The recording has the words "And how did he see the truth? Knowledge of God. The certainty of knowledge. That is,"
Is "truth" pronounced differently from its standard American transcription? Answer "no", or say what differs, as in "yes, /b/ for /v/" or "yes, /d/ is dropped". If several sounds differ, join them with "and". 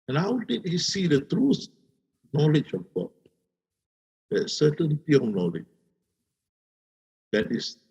yes, /s/ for /θ/